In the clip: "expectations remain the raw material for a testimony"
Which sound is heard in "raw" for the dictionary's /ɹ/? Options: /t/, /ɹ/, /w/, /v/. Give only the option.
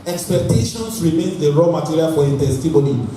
/ɹ/